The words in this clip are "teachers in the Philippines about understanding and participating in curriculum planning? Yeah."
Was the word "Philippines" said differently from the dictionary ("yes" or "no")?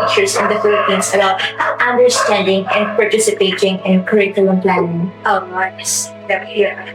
yes